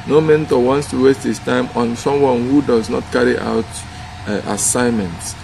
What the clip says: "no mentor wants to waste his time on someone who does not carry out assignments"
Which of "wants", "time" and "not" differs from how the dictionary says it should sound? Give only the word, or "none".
none